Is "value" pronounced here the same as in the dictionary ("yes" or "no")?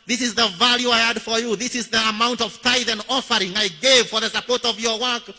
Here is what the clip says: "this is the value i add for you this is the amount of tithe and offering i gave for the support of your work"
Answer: yes